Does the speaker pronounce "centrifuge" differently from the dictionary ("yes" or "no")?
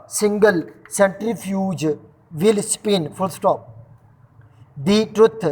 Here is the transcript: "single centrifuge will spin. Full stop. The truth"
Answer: no